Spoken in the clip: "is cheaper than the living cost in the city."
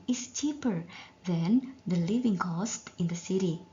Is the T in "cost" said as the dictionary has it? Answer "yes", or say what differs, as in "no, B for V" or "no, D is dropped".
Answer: yes